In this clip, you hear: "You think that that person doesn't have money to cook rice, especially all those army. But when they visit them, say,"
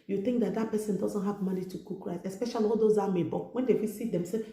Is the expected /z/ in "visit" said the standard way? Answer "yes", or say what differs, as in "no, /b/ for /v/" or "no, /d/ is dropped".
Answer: no, /s/ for /z/